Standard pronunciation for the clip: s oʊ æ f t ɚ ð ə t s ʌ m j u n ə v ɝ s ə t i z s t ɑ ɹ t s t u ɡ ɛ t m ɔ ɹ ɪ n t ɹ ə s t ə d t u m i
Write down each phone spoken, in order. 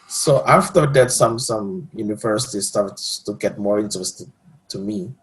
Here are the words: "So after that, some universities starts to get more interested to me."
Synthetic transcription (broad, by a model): s oʊ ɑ f t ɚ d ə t s ʌ m j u n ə v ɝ s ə t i s t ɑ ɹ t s t u ɡ ɛ t m ɔ ɹ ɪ n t ə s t t u m i